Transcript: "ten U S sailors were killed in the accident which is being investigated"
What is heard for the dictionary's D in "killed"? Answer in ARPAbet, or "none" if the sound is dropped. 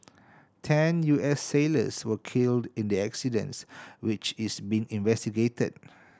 D